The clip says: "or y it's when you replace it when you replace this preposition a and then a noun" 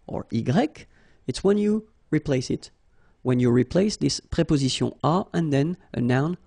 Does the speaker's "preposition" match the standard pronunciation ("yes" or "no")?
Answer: no